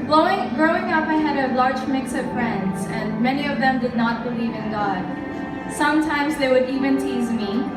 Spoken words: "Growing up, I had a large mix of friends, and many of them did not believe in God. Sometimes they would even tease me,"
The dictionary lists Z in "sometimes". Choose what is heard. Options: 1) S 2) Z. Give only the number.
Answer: 2